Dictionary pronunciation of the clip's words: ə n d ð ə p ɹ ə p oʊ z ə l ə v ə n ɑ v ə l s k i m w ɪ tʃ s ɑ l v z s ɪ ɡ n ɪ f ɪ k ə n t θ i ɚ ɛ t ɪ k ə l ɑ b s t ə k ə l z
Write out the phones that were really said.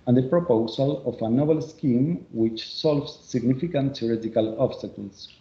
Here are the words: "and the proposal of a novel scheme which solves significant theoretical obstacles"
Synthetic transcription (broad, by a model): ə n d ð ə p ɹ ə p oʊ s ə l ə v ə n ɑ b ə l s k i m w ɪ tʃ s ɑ l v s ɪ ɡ n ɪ f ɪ k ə n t s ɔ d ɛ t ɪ k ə l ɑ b s t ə k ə l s